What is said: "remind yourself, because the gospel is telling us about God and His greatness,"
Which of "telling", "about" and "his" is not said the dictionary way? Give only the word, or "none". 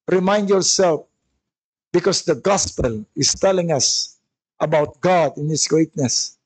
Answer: his